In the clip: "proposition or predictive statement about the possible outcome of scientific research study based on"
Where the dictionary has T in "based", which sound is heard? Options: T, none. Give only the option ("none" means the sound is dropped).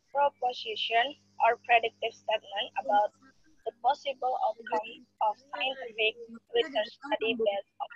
none